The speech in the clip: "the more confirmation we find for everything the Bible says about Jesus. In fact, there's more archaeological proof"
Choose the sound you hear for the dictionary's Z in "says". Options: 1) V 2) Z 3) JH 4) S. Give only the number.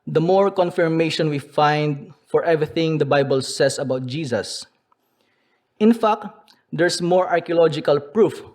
4